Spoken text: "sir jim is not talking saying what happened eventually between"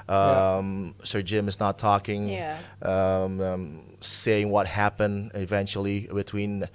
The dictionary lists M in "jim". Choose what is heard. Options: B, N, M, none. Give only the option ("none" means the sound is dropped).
M